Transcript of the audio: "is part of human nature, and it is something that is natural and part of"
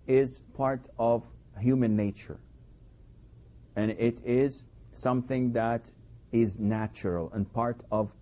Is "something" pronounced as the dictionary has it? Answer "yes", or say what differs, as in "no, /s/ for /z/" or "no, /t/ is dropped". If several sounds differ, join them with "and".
yes